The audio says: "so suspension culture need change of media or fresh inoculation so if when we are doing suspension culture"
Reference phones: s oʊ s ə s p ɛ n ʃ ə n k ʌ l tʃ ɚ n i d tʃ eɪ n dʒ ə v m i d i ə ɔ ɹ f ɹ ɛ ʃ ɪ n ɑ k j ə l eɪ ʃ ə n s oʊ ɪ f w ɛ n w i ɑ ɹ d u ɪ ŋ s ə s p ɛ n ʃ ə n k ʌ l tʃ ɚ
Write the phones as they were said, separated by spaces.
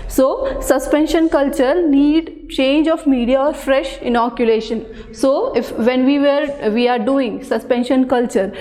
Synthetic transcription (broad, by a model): s oʊ s ə s p ɛ n ʃ ə n k ʌ l tʃ ɚ n i d tʃ eɪ n dʒ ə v m i d i ə ɔ ɹ f ɹ ɛ ʃ ɪ n ɑ k j ə l eɪ ʃ ə n s oʊ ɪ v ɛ n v i ɑ ɹ d u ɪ ŋ s ə s p ɛ n ʃ ə n k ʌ l tʃ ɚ